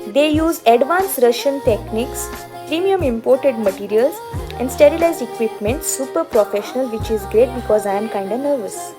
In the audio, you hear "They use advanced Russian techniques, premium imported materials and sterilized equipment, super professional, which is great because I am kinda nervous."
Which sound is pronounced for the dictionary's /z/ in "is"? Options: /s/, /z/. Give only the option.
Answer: /z/